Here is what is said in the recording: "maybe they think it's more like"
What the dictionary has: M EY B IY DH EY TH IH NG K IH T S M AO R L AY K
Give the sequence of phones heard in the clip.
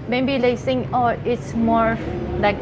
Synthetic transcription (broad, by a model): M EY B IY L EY S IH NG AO IH T S M AO R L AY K